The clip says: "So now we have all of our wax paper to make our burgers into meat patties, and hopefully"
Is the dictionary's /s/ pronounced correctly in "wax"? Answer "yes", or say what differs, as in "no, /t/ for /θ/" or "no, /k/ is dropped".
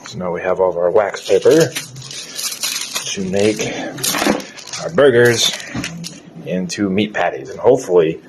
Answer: yes